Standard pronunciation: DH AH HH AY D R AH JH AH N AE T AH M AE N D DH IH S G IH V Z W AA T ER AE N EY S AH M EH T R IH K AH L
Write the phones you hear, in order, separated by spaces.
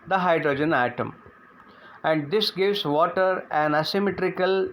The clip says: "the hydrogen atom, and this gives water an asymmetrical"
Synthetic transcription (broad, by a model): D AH HH AY D R AH JH AH N AE T AH M AE N D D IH S G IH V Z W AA T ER AE N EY S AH M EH T R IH K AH L